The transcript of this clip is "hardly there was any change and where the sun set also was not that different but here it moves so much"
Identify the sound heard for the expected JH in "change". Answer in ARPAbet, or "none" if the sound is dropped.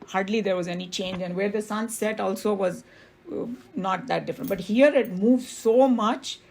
JH